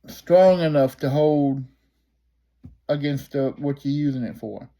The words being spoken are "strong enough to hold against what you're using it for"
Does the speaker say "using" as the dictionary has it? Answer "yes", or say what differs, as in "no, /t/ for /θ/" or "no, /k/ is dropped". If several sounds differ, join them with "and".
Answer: yes